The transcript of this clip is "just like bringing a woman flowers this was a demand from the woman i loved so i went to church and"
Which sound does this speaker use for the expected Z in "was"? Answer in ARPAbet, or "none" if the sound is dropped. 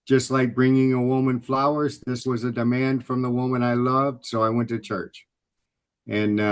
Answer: Z